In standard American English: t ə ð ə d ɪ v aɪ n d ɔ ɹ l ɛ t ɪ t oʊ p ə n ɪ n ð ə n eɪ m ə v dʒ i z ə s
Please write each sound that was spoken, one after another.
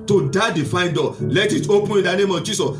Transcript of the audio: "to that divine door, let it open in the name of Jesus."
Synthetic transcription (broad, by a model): t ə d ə d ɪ f aɪ n d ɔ l ɛ t ɪ t oʊ p ə n ɪ n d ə n eɪ m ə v dʒ i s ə s